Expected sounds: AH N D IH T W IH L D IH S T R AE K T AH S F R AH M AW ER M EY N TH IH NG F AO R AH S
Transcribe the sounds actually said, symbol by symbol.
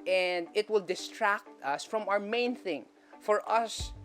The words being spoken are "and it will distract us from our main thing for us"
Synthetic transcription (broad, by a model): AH N D IH T W IH L D IH S T R AE K T AH S F R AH M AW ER M EY N TH IH NG F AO R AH S